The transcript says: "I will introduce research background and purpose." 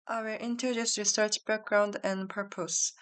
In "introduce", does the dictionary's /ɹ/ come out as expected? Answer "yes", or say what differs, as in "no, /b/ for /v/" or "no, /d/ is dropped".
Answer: no, /ɹ/ is dropped